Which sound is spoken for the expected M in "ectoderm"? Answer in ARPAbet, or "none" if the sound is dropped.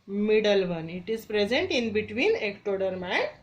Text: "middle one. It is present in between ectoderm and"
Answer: M